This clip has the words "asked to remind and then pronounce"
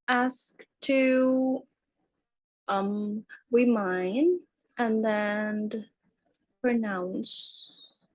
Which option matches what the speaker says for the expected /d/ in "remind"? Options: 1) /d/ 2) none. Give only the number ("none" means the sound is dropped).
2